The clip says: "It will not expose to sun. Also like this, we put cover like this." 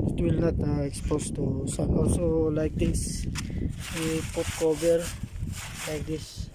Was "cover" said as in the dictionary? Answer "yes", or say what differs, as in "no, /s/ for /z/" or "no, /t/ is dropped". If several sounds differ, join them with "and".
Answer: no, /b/ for /v/